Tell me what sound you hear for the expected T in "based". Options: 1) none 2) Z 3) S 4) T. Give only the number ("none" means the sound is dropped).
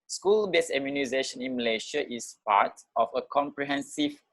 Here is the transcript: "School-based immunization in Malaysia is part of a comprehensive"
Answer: 1